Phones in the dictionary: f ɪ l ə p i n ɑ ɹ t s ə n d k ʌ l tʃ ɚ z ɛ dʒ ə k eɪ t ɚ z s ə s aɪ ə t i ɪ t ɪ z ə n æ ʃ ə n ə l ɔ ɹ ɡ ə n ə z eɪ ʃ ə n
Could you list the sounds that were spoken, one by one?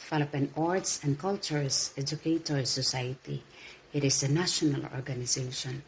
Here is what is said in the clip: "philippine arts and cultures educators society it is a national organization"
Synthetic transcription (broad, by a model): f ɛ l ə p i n ɑ ɹ t s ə n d k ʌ l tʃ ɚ s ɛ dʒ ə k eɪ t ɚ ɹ s ə s aɪ ə t i ɪ t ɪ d ə n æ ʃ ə n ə l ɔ ɹ ɡ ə n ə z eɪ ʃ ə n